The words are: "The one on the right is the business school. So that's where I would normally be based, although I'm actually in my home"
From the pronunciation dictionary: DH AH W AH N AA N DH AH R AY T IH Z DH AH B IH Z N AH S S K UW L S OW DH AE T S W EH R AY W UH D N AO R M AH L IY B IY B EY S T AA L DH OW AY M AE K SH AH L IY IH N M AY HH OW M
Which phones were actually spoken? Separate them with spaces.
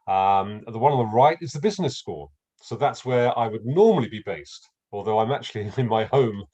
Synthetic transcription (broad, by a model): DH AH W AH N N DH AH R AY T IH Z DH AH B IH Z N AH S S K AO S OW DH AE T S W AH R AY W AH D N AO R M AH L IY B IY B EY S T AA L DH OW AY M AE K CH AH L IY IH N M AY HH OW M